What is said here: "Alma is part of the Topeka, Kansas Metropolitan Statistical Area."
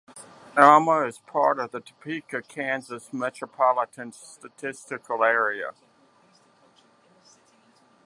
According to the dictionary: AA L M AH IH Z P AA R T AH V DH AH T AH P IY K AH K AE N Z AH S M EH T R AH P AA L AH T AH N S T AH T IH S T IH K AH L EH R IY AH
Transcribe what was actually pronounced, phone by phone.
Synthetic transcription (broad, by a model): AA M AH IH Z P AA R T AH V DH AH T AH P IY K AH K AE N Z AH S M EH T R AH P AA L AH T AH N S T AH T IH S T IH K AH L EH R IY AH